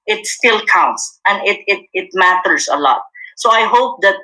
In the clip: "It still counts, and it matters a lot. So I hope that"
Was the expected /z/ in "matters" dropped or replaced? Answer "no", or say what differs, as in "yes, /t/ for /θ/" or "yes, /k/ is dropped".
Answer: yes, /s/ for /z/